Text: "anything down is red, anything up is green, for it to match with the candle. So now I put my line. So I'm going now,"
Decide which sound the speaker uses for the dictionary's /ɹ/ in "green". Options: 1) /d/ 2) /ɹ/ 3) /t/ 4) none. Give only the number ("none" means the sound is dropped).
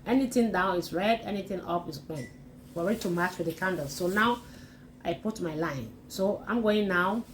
4